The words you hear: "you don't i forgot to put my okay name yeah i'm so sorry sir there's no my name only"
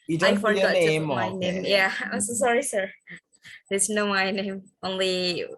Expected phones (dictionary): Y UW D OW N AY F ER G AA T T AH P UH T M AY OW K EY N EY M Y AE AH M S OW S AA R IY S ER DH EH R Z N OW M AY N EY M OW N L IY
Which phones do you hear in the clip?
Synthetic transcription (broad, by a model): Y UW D AY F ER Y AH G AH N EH M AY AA IH N EY M Y AE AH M S OW S AA R IY S ER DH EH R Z N OW M AY N EY M OW N L IY